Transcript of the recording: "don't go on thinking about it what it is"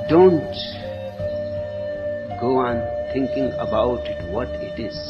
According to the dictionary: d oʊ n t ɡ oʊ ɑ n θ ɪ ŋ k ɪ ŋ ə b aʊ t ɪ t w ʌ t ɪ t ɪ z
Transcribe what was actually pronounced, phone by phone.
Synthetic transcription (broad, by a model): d oʊ n t ɡ oʊ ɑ n t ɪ ŋ k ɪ ŋ ə b aʊ t ɪ t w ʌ t ɪ t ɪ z